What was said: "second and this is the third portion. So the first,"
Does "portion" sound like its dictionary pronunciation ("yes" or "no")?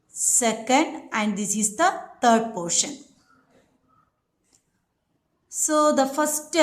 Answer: yes